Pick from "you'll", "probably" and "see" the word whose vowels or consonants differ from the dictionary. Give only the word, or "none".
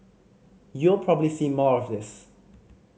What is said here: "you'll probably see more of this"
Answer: none